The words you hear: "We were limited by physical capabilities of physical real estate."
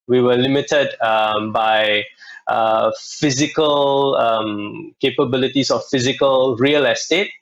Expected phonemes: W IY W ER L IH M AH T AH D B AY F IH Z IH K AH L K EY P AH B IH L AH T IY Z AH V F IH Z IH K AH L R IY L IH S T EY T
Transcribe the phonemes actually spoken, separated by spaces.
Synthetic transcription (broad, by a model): W IY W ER L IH M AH T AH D B AY F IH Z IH K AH L K EY P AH B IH L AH T IY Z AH F F IH Z IH K AH L R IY L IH S T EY T